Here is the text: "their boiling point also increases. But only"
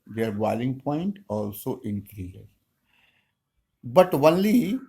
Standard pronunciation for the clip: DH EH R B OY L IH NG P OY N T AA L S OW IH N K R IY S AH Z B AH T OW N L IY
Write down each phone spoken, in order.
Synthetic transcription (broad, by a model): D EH R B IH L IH NG P OY N T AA L S OW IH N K R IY AH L B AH T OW N L IY